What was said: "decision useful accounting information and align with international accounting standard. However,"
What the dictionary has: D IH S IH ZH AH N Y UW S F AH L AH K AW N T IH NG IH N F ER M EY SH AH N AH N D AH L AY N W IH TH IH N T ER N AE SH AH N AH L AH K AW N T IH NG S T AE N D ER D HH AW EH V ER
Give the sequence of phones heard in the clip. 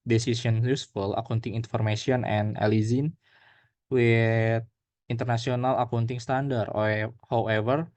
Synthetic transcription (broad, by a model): D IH S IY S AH N Y UW S F AH L AH K AW N T IH NG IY N F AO M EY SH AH N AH N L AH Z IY N W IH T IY N T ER N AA S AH N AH L AH K AW N T IH NG S T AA N D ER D HH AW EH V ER